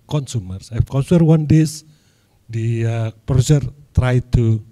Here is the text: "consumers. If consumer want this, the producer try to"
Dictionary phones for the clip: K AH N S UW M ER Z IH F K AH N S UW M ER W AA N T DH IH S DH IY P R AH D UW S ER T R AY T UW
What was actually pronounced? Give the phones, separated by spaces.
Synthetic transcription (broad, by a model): K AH N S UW M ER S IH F K AH N S UW M ER W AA N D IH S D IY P AH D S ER T R AY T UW